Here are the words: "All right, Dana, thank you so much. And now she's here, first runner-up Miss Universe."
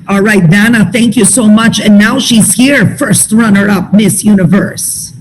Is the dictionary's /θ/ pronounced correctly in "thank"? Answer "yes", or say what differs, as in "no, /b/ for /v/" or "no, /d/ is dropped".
yes